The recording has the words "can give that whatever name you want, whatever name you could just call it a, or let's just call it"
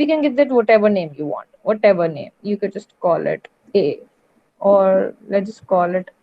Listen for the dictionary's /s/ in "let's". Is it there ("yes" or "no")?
no